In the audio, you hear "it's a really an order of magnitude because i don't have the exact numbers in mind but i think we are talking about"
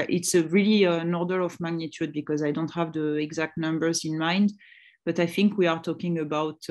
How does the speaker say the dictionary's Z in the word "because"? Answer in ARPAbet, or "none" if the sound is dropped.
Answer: Z